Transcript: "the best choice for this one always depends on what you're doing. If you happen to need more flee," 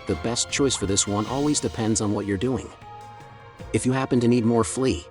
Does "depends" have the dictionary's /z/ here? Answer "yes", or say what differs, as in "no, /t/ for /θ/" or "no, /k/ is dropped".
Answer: yes